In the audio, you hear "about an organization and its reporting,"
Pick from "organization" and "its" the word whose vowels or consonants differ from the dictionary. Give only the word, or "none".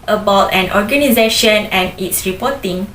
none